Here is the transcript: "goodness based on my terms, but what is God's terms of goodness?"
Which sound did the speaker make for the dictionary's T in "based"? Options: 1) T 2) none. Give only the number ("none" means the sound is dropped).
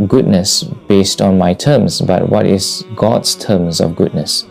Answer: 1